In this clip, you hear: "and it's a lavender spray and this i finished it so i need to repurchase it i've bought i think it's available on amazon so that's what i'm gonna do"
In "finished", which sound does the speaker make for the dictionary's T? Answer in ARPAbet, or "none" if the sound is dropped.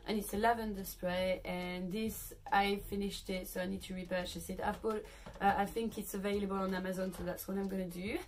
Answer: T